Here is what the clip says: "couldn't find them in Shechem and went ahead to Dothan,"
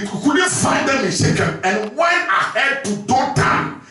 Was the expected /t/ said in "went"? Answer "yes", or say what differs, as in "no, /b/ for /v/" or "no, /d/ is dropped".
no, /t/ is dropped